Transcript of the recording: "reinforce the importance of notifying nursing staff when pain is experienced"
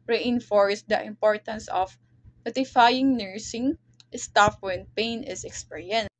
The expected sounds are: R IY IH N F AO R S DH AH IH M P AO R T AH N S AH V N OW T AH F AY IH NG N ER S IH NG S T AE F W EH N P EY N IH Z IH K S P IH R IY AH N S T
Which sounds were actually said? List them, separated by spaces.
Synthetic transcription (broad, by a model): R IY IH N F AO R S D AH IH M P AO R T AH N S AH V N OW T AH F AY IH NG N ER S IH NG S T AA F W EH N P EY N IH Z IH K S P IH R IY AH N